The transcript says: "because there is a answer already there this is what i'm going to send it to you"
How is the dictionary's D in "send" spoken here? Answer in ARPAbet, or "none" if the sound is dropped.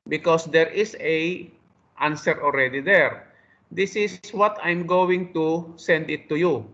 D